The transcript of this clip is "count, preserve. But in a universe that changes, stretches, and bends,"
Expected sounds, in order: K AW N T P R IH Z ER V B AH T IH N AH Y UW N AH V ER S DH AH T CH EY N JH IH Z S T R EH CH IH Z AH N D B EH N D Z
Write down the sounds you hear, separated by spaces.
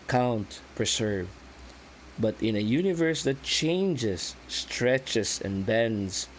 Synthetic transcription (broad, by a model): K AW N T P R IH S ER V B AH T IH N AH Y UW N AH V ER S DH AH T CH EY N JH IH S T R EH CH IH S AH N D B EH N D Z